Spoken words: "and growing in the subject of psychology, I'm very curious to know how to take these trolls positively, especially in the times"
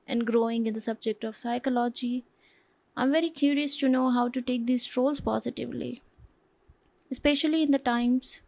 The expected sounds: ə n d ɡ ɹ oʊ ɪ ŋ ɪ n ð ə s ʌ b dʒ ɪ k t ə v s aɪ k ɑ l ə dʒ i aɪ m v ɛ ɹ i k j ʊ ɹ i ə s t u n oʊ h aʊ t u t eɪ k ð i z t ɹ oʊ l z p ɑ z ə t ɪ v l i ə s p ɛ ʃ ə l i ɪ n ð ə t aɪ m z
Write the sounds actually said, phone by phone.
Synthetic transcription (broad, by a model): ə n d ɡ ɹ oʊ ɪ ŋ ɪ n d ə s ʌ b dʒ ɪ k t ə v s aɪ k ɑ l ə dʒ i aɪ m v ɛ ɹ i k j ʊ ɹ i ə s t u n oʊ h aʊ t u t eɪ k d i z t ɹ oʊ l z p ɑ z ə t ɪ v l i ə s p ɛ ʃ ə l i ɪ n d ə t aɪ m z